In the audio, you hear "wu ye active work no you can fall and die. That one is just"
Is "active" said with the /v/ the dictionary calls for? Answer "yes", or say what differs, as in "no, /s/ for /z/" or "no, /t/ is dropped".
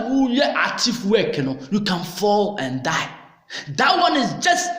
no, /f/ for /v/